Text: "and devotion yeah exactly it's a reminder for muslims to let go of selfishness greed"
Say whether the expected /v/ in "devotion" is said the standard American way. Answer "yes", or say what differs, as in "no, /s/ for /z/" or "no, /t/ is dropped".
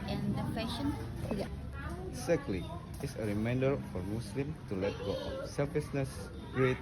no, /p/ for /v/